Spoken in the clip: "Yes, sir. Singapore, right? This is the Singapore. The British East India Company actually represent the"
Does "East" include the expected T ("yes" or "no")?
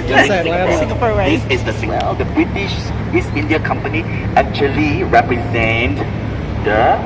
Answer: no